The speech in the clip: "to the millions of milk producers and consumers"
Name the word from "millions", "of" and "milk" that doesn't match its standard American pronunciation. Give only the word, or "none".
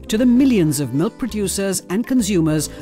none